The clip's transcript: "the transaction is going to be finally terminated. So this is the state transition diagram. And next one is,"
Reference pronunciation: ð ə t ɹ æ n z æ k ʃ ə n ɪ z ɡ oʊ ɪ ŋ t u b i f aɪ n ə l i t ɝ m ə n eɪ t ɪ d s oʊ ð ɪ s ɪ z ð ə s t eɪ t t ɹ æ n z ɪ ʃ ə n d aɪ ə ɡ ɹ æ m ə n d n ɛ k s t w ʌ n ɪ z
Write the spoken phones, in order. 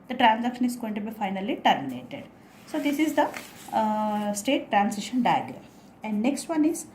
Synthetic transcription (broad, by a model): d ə t ɹ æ n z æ k ʃ ə n ɪ z ɡ oʊ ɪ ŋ t u b i f aɪ n ə l i t ɝ m ə n eɪ t ɪ d s oʊ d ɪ s ɪ z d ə s t eɪ t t ɹ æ n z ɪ ʃ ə n d aɪ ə ɡ ɹ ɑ ə n d n ɛ k s t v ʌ n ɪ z